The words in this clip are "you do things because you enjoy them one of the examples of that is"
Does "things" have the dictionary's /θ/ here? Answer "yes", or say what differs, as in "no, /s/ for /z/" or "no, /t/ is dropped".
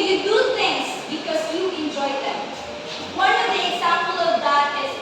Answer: no, /t/ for /θ/